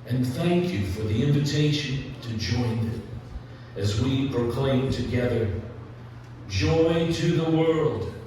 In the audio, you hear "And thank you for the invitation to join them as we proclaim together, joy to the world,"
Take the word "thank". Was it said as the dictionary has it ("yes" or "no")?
yes